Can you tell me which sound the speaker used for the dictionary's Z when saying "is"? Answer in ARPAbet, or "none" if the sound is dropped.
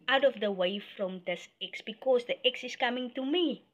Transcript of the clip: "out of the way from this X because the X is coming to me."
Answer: S